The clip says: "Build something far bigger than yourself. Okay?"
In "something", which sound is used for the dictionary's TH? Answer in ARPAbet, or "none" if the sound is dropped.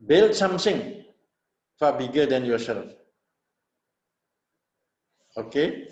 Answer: S